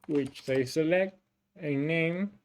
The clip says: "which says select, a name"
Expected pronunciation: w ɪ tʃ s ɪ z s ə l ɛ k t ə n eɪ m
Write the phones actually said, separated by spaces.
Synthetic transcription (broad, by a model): w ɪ tʃ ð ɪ s ə l ɛ k t ə n eɪ m